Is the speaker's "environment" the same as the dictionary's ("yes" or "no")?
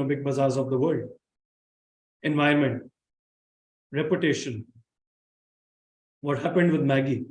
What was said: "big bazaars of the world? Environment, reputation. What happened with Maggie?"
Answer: no